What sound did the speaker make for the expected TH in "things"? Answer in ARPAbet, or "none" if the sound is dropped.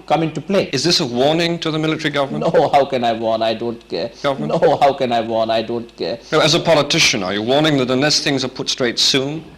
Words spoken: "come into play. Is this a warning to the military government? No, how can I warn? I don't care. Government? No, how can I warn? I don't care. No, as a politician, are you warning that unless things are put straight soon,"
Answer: TH